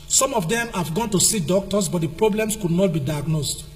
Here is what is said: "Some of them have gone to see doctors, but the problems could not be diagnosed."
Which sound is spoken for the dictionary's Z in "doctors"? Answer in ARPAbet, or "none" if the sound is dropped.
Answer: S